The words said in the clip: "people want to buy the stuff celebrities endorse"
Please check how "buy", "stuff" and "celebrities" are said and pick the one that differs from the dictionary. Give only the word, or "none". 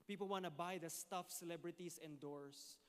celebrities